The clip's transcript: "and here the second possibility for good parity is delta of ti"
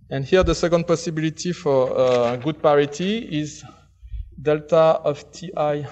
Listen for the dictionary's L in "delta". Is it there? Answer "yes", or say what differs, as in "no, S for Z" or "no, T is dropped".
yes